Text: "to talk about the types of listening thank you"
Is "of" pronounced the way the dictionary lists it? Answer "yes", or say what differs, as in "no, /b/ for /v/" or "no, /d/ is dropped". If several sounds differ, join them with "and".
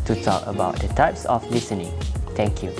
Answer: no, /f/ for /v/